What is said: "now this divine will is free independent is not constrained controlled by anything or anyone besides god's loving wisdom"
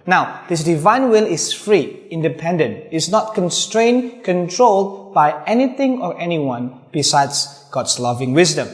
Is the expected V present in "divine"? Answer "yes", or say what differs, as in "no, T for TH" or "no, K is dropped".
yes